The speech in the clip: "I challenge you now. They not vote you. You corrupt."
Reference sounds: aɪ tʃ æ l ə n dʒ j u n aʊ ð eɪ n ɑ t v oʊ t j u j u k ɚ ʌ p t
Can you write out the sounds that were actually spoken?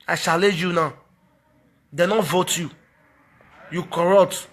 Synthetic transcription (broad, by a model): aɪ ʃ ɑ l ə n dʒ j u n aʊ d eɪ n ɑ t v oʊ t j u j u k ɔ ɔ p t